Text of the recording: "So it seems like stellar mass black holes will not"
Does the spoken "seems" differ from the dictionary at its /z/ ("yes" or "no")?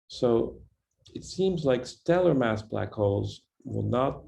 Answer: no